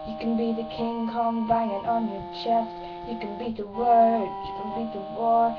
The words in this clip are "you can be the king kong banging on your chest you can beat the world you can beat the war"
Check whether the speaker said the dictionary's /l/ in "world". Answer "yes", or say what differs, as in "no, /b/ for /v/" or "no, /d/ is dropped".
no, /l/ is dropped